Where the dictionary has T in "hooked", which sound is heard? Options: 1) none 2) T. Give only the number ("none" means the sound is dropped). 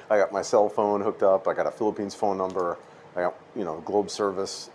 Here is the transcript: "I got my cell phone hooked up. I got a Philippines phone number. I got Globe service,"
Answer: 2